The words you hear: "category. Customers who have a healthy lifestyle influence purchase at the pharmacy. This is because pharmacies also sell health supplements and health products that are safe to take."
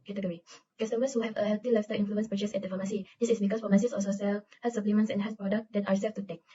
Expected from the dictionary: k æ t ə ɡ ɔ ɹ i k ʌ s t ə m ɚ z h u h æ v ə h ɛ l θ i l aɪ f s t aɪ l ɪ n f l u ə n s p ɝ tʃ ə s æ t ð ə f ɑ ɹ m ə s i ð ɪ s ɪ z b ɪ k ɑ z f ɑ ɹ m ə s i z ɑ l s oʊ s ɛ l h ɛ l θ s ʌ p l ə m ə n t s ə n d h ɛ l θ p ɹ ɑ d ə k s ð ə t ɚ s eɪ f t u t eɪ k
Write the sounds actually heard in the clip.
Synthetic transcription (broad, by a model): k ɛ t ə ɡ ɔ ɹ i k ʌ s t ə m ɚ s h u h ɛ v ə h ɛ l t i l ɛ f s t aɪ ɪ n f l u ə n s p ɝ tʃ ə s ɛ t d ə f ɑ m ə s i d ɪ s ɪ s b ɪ k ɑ s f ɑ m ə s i s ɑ s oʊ s ɛ l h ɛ s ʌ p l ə m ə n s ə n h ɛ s p ɹ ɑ d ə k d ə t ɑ s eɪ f t u t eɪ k